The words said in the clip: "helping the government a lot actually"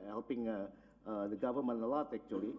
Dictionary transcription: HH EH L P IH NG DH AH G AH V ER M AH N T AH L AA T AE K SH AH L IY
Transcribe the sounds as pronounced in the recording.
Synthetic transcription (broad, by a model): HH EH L P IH NG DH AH G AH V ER M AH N AH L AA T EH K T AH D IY